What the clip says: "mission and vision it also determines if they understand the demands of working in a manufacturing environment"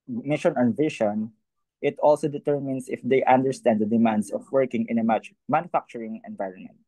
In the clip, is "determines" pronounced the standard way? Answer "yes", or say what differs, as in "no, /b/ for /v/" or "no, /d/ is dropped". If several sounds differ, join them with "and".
no, /s/ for /z/